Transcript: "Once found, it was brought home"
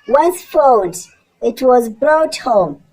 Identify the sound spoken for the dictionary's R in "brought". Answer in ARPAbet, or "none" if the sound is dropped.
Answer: R